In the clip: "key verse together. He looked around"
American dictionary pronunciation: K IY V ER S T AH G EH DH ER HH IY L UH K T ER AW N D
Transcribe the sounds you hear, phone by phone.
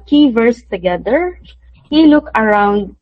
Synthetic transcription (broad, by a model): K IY V ER S T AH G EH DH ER HH IY L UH K ER AW N D